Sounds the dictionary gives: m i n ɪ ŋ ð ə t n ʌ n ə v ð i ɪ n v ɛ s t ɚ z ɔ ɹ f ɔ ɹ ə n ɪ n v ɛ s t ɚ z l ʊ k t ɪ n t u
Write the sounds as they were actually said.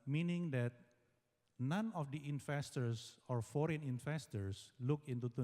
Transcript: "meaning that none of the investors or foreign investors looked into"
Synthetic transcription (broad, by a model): m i n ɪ ŋ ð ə t n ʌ n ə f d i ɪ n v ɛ s t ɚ s ɔ ɹ f ɔ ɹ ə n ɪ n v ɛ s t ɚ s l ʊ k ɪ n t u